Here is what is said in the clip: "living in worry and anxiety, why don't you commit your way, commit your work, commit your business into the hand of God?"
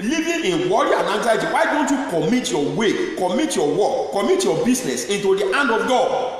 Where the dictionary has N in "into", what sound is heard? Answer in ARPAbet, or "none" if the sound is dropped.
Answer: N